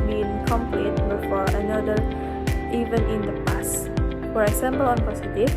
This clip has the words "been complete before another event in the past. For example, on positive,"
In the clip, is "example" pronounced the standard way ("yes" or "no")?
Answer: no